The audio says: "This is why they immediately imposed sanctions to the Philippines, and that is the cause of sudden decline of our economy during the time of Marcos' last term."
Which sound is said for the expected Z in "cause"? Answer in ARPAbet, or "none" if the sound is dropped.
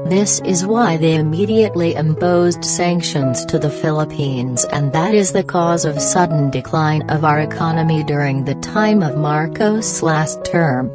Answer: Z